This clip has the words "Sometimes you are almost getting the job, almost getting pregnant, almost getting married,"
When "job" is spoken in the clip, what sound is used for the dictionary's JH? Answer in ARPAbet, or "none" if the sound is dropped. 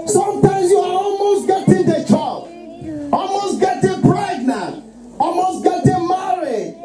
CH